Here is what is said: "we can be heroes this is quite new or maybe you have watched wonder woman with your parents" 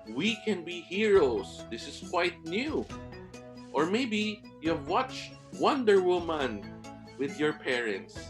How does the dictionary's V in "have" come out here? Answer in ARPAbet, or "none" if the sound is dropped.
V